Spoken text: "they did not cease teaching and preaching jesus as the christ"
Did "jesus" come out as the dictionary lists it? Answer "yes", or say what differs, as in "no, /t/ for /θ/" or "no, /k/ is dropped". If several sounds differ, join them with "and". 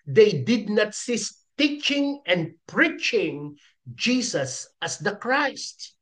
no, /s/ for /z/